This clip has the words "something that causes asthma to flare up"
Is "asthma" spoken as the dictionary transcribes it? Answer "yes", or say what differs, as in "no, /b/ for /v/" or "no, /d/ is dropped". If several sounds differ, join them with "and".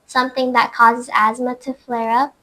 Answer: yes